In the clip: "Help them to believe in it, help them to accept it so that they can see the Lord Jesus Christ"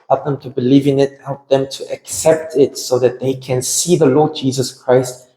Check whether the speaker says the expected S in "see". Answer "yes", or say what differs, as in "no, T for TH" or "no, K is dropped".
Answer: yes